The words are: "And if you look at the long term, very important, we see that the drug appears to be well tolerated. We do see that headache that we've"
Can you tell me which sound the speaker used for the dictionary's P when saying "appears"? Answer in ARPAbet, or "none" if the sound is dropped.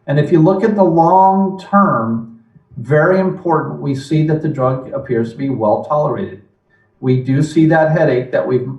P